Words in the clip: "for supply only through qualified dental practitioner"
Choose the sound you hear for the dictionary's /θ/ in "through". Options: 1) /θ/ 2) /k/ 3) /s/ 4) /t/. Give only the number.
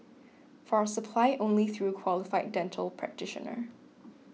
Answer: 1